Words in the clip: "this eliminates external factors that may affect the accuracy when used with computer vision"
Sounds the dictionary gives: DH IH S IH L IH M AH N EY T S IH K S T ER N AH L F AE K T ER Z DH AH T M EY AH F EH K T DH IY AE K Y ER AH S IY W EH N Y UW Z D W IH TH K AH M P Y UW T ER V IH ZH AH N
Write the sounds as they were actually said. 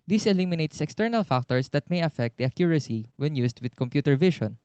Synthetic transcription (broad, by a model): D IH S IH L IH M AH N EY T S IH K S T ER N AH L F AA K T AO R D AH T M EY AH F EH K T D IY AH K Y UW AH S IY W EH N Y UW S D W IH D K AH M P Y UW T ER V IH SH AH N